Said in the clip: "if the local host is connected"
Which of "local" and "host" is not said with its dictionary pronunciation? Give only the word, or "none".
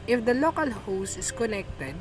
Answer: host